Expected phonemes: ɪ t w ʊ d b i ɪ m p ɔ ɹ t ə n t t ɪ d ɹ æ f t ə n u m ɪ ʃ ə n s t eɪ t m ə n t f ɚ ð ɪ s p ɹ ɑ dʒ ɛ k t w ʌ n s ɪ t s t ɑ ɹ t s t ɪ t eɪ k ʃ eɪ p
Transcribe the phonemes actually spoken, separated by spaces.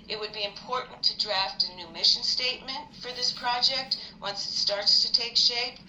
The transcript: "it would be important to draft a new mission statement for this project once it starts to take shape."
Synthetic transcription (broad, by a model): ɪ t w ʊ d b i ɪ m p ɔ ɹ t n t t ɪ d ɹ æ f t ə n u m ɪ ʃ ə n s t eɪ t m ə n t f ɚ ð ɪ s p ɹ ɑ dʒ ɛ k t w ʌ n s ɪ t s t ɑ ɹ t s t ɪ t eɪ k ʃ eɪ p